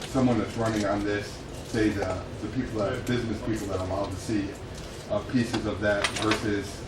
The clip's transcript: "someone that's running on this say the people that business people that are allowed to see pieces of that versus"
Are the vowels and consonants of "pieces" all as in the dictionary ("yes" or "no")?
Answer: yes